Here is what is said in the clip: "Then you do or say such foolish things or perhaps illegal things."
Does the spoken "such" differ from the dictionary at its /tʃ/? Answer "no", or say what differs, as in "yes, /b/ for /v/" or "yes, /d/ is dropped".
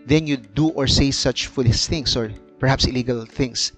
no